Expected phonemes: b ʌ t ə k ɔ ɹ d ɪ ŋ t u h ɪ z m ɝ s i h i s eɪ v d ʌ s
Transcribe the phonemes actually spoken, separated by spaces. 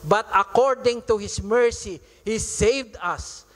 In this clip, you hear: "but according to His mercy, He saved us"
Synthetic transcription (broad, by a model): b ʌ t ə k ɔ ɹ d ɪ ŋ t u h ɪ s m ɝ s i h i s eɪ v d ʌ s